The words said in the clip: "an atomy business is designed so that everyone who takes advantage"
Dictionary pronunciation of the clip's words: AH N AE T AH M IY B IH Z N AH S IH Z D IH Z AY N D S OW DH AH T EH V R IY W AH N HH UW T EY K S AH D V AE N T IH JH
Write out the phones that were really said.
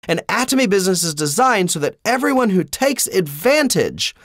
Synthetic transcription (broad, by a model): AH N AE T AH M IY B IH Z N AH S IH Z D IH Z AY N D S OW DH AH T EH V R IY W AH N HH UW T EY K S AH D V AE N T IH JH